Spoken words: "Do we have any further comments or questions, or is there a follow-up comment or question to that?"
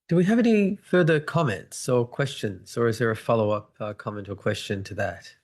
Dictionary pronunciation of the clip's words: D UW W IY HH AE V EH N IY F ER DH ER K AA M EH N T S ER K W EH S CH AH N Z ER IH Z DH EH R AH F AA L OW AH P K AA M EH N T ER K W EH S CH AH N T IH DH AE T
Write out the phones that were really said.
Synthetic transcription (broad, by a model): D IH W IY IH V EH N IY F ER DH ER K AA M EH N T S ER K W EH S CH AH N Z ER IH Z DH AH R AH F AA L OW AH P K AA M EH N T ER K W EH S CH AH N T IH DH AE T